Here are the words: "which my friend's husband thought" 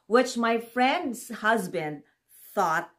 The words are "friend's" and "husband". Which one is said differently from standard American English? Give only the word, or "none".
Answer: none